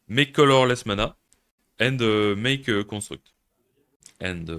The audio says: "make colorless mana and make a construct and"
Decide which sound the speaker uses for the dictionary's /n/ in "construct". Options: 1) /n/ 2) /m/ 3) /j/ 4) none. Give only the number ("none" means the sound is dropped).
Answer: 4